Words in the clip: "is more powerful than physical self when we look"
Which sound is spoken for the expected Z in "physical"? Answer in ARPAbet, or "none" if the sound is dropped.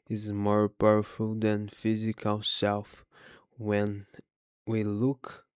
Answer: Z